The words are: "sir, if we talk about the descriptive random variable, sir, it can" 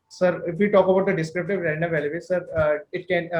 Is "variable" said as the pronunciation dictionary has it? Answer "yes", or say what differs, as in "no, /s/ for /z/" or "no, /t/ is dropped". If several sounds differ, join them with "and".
no, /l/ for /ɹ/